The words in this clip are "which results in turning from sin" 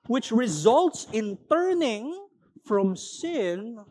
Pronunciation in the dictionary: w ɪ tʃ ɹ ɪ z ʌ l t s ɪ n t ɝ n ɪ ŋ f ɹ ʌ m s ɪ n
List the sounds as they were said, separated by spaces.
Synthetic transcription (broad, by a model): w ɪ tʃ ɹ ɪ z ʌ l t s ɪ n t ɝ n ɪ ŋ f ɹ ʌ m s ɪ n